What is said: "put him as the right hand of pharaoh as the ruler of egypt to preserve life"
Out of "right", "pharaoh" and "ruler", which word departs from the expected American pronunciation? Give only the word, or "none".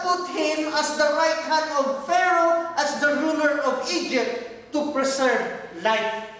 none